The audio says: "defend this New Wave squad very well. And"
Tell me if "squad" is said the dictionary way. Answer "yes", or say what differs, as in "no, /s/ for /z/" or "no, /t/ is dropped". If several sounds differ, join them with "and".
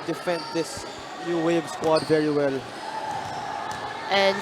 yes